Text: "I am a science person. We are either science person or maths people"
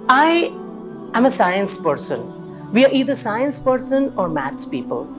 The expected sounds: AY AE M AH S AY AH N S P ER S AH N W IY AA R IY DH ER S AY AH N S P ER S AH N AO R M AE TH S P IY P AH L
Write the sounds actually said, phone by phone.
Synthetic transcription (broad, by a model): AY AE M AH S AY AH N S P ER S AH N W IY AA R IY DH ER S AY AH N S P ER S AH N AO R M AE T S P IY P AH L